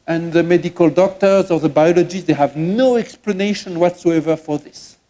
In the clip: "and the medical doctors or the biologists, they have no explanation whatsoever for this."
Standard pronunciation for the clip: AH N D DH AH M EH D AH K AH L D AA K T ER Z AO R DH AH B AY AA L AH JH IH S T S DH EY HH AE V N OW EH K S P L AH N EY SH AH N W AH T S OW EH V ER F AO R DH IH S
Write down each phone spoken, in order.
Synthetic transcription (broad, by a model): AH N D DH AH M EH D AH K AH L D AA K T ER Z AO R DH AH B AY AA L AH JH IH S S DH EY HH AE V N OW EH K S P L AH N EY SH AH N W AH T S OW EH V ER F AO R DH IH S